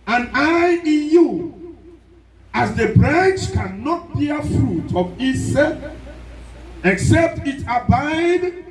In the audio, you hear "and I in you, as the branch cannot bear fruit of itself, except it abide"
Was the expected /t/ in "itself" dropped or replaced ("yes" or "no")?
yes